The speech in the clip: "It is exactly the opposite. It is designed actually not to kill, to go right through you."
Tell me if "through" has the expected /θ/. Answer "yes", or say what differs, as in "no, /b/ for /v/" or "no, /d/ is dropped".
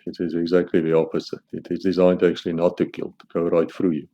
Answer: no, /f/ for /θ/